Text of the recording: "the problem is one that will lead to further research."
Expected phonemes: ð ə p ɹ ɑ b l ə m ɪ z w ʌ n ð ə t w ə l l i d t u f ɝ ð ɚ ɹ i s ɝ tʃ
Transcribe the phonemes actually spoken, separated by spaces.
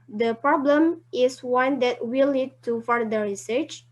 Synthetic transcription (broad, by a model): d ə p ɹ ɑ b l ə m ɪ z w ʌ n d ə t w ə l n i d t u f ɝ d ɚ ɹ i s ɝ tʃ